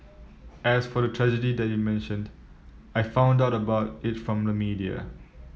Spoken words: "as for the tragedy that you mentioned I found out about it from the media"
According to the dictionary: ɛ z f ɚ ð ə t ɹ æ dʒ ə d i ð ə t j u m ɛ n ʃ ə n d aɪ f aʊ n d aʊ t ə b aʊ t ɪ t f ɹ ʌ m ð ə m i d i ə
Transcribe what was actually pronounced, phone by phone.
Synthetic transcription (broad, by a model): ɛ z f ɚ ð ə t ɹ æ dʒ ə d i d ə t j u m ɛ n ʃ ə n d aɪ f aʊ n d aʊ t ə b aʊ t ɪ t f ɹ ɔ m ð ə m i d i ə